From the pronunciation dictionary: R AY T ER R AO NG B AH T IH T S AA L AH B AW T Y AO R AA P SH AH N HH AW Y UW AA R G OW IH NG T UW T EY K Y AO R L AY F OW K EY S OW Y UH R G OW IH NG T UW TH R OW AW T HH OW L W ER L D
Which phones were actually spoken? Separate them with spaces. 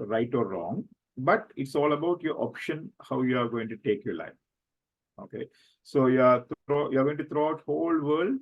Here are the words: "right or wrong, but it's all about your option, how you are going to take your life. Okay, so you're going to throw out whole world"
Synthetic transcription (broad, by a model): R AY T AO R AO NG B AH T IH T S AA L AH B AW T Y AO R AA P SH AH N HH AW Y UW AA R G OW IH NG T UW T EY K Y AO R L AY F OW K EY S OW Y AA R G OW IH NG T UW T R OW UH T HH OW L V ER L D